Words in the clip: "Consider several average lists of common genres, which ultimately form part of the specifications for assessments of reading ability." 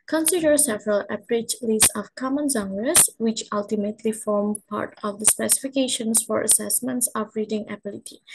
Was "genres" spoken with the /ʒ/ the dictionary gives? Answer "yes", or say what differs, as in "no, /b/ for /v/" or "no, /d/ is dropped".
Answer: no, /z/ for /ʒ/